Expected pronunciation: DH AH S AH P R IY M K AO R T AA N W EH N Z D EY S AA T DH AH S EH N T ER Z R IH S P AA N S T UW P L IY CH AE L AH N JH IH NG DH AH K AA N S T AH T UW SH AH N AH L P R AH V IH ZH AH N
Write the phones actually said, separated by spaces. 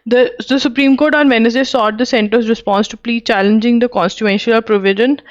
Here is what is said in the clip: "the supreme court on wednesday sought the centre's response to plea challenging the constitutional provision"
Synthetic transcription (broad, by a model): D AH S AH P R IY M K AO R T AA N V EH N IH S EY S AA T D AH S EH N T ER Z R IH S P AA N S T UW P L IY CH AE L AH N JH IH NG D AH K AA N S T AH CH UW AH N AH L P R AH V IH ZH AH N